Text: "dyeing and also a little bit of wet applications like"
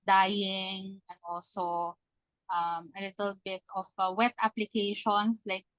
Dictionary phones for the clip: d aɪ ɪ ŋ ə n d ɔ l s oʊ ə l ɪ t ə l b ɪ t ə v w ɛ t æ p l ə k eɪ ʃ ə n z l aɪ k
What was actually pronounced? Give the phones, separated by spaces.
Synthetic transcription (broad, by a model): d aɪ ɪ ŋ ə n ɔ s oʊ ə l ɪ t ə l b ɪ t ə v w ɛ t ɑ p l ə k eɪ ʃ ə n s l aɪ k